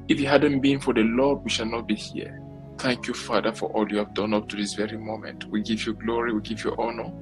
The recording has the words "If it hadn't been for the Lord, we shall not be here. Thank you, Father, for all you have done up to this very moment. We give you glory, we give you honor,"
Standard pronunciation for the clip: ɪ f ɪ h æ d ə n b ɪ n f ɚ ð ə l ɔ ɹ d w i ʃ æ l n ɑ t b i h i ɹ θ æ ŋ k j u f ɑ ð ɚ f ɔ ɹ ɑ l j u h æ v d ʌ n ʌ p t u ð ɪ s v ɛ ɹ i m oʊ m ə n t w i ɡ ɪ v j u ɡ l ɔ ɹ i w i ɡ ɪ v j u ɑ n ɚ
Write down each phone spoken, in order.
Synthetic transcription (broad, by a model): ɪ f ɪ h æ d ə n b ɪ n f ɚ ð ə l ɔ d w i ʃ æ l n ɑ t b i h i ɹ θ æ ŋ k j u f ɑ ð ɚ f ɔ ɹ ɑ l j u h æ v d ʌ n ʌ p t u ð ɪ s v ɛ ɹ i m oʊ m ə n t w i ɡ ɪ v j u ɡ l ɔ ɹ i w i ɡ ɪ v j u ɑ n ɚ